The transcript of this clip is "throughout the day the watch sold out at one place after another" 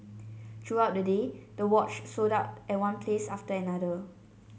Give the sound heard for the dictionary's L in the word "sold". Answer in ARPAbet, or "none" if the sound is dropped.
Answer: none